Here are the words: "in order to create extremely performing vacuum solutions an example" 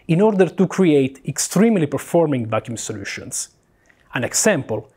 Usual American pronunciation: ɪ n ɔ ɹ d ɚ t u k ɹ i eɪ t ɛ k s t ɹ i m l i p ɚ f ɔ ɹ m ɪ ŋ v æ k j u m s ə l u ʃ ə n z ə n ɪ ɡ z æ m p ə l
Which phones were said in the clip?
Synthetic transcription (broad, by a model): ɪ n ɔ ɹ d ɚ t u k ɹ i eɪ t ɛ k s t ɹ i m l i p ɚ f ɔ ɹ m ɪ ŋ v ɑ k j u m s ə l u ʃ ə n s ə n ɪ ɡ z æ m p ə l